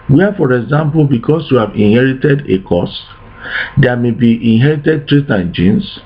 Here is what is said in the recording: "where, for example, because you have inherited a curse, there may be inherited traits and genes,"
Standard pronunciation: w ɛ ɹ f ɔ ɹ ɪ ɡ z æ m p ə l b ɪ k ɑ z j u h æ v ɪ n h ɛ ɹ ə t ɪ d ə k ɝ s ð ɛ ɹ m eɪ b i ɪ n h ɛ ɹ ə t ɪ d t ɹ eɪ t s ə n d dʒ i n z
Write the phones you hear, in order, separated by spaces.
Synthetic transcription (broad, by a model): w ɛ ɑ f ɔ ɹ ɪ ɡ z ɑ m p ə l b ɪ k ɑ s j u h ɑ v ɪ n h ɛ ɹ ə t ɪ d ə k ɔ s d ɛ m eɪ b i ɪ n h ɛ ɹ ə t ɪ d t ɹ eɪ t ə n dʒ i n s